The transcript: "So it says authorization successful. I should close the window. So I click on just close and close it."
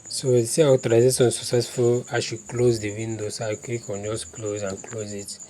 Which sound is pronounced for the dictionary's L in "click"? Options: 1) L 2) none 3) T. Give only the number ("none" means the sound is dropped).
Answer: 2